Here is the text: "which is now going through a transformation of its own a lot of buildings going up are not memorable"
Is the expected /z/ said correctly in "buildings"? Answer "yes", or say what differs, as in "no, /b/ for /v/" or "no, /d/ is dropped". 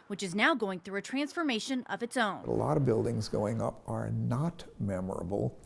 yes